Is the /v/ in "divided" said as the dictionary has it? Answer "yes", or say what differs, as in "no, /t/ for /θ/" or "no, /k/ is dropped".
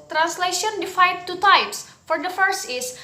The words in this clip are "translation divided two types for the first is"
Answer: no, /f/ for /v/